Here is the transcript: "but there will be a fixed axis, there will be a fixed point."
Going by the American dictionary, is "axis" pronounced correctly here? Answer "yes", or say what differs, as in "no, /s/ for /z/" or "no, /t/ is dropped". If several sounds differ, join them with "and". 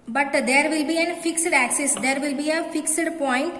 yes